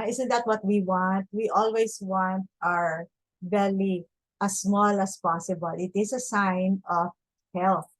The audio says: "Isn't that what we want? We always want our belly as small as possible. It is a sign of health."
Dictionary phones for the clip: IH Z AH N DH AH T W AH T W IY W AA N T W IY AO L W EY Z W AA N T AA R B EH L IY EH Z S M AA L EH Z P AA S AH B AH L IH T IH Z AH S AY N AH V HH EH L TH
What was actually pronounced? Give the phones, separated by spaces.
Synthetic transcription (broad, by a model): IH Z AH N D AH T W AH T W IY W AA N T W IY AO L W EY S W AA N T AA R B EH L IY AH S M AA L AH S P AA S AH B AH L IH T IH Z AH S AY N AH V HH EH L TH